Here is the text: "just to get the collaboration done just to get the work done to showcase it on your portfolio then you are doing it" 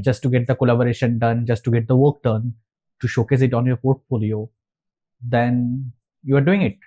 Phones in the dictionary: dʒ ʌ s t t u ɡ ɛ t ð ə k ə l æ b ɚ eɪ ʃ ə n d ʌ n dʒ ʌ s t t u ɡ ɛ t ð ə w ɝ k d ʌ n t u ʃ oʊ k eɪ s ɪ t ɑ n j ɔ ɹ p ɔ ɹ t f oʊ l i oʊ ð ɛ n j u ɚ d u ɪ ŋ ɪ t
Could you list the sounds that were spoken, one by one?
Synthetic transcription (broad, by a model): dʒ ʌ s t t u ɡ ɛ t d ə k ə l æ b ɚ eɪ ʃ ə n d ʌ n dʒ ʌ s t t u ɡ ɛ t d ə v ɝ k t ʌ n t u ʃ oʊ k eɪ s ɪ t ɑ n j ɔ ɹ p ɔ ɹ t f oʊ l i oʊ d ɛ n j u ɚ d u ɪ ŋ ɪ t